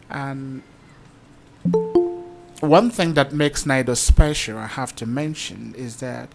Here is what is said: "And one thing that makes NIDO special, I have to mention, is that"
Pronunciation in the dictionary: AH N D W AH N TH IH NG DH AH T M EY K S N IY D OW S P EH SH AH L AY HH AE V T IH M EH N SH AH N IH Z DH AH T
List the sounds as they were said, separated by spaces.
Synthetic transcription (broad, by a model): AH N W AH N TH IH NG DH AH T M EY K S N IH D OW S P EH SH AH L AY HH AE F T IH M EH N SH AH N IH Z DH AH T